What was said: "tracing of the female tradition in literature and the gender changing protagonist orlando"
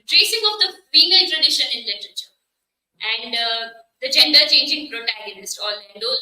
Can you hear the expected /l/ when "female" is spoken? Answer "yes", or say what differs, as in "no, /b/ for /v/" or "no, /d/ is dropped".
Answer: no, /n/ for /l/